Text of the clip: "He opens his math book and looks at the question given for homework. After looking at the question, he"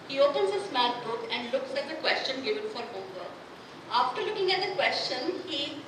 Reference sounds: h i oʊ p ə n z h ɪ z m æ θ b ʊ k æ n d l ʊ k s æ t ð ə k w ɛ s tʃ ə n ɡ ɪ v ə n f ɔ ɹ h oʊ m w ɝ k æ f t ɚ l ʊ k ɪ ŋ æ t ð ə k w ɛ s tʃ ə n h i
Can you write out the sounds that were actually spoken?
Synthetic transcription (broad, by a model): h i oʊ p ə n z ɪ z m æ t b ʊ k æ n d l ʊ k s æ t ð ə k w ɛ s tʃ ə n ɡ ɪ v ə n f ɔ ɹ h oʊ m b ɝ æ f t ɚ l ʊ k ɪ ŋ æ t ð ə k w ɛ s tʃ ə n h i